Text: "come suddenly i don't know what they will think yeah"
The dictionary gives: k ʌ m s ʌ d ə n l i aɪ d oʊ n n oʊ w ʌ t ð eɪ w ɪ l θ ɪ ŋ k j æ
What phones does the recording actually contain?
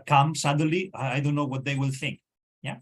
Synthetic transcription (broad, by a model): k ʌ m s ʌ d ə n l i aɪ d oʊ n n oʊ w ʌ t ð eɪ w ɪ l θ ɪ ŋ k j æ